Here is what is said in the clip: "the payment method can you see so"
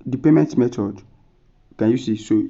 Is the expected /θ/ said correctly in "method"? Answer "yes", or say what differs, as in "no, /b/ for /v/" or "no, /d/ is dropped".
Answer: no, /t/ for /θ/